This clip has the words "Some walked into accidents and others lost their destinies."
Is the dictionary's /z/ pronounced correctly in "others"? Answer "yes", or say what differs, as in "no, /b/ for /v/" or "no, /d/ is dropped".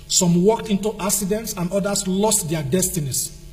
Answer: no, /s/ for /z/